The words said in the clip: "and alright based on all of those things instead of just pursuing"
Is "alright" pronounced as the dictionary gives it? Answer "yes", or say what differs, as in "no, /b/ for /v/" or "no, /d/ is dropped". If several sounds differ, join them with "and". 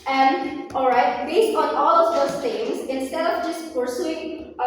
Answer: yes